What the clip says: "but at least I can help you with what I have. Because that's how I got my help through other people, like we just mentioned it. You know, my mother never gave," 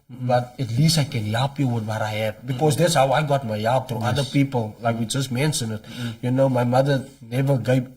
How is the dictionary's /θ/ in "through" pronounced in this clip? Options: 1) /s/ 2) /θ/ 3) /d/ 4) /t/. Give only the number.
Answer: 4